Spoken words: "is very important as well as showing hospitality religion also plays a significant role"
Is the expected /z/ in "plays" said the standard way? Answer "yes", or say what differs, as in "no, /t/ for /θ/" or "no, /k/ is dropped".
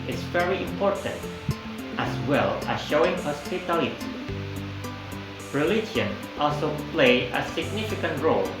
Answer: no, /z/ is dropped